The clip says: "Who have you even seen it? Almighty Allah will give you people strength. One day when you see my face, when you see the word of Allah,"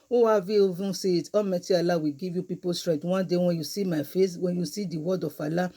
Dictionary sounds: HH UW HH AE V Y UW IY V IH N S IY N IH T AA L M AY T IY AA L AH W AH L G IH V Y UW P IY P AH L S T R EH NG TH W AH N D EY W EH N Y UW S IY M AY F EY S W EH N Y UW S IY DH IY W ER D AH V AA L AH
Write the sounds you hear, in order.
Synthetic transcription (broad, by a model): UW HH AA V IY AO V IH S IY IH T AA M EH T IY AA L AH W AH G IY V Y UW P IY P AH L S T R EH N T W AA N D EY W EH N Y UW S IY M AY F EY S W EH N Y UW S IY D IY W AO D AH F AA L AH